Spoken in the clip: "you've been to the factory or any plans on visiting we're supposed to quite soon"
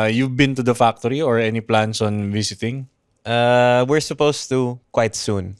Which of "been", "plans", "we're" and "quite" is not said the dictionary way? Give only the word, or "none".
plans